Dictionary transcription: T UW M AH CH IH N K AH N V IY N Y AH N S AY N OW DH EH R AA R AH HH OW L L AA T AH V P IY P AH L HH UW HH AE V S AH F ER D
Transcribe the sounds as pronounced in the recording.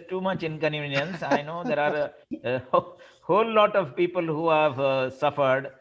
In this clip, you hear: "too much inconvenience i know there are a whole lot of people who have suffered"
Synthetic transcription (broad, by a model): T UW M AH CH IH N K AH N IY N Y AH N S AY N OW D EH R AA R AH HH OW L L AA T AH V P IY P AH L HH UW HH AE V S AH F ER D